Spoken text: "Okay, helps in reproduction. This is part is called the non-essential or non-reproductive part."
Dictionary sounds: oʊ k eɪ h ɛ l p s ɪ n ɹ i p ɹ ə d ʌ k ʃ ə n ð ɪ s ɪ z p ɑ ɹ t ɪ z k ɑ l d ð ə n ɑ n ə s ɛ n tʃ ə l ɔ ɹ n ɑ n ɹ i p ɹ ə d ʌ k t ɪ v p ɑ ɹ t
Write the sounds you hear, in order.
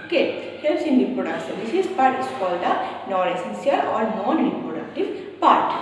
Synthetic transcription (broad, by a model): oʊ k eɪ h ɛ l s ɪ n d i p ɹ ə d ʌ k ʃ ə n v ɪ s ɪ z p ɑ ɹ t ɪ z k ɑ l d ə n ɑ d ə s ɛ n s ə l ɔ ɹ n ɑ n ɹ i p ɹ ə d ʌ k t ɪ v p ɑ ɹ t